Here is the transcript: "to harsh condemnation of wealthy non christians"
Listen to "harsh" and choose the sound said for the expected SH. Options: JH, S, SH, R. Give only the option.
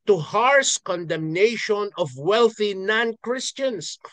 S